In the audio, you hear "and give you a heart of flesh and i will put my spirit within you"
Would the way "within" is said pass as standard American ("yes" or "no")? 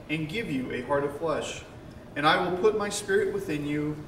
yes